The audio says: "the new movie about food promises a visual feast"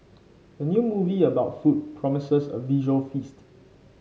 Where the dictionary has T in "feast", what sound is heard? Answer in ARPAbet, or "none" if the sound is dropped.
T